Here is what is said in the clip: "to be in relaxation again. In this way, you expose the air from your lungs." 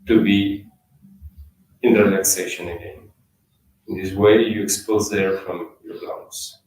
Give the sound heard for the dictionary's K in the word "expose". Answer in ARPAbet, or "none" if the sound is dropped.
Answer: K